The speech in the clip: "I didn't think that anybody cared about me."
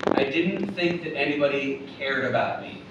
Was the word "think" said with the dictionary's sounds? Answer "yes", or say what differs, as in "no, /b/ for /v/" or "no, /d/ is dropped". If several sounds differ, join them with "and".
yes